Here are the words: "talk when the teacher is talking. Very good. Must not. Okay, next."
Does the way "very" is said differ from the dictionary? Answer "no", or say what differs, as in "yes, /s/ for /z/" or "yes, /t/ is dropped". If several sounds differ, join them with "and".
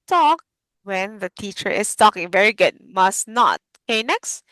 no